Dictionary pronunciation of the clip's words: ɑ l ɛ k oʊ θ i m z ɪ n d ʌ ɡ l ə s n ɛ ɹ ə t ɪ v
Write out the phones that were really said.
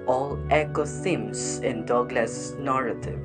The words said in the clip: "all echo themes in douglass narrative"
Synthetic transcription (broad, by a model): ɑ l ɛ k oʊ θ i m s ɪ n d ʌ ɡ l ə s n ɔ ɹ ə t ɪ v